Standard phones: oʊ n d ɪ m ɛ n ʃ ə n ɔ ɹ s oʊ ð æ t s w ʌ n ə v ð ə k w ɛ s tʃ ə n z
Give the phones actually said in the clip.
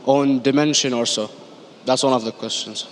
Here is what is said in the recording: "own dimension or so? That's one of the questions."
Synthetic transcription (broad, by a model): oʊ n d ɪ m ɛ n ʃ ə n ɔ ɹ s oʊ ð æ t s w ʌ n ə v ð ə k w ɛ s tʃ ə n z